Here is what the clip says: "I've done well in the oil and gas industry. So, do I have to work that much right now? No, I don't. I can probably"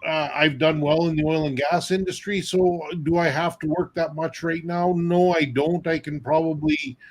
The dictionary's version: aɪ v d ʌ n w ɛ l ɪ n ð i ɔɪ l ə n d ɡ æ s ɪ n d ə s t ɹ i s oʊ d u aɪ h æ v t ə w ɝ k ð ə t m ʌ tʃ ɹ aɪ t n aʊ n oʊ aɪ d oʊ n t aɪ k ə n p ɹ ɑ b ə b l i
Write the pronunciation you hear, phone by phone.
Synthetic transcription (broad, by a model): aɪ v d ʌ n w ɛ l ɪ n ð i ɔɪ l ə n ɡ æ s ɪ n d ə s t ɹ i s oʊ d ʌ aɪ h æ f t ə w ɝ k ð ə t m ʌ tʃ ɹ aɪ t n aʊ n oʊ aɪ d oʊ n t aɪ k ə n p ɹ ɑ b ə b l i